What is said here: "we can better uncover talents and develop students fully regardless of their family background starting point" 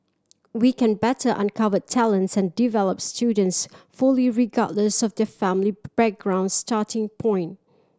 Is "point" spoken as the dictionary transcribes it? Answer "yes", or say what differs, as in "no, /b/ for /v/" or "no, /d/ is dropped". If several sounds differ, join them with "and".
yes